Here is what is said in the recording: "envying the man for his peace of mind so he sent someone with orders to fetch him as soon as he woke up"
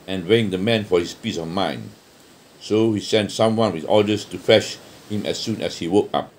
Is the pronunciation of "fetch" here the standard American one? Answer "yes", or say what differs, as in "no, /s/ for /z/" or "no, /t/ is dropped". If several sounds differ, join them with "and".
no, /ʃ/ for /tʃ/